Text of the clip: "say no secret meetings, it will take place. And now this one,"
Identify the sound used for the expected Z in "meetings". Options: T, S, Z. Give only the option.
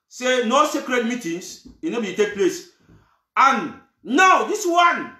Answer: S